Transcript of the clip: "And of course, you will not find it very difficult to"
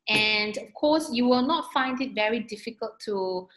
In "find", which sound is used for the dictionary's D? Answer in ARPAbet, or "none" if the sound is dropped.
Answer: D